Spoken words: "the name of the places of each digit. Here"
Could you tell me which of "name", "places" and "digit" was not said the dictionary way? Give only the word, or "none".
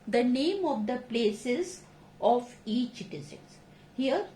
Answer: digit